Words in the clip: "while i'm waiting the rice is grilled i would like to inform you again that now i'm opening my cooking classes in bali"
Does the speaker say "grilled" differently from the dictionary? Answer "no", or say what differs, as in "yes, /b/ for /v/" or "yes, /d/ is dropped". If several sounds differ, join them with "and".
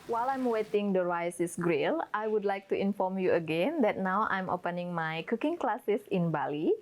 yes, /d/ is dropped